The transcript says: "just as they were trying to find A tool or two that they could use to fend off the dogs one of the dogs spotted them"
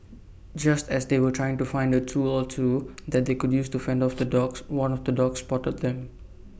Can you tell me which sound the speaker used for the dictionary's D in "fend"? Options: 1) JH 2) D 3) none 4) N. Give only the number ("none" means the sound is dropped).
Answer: 2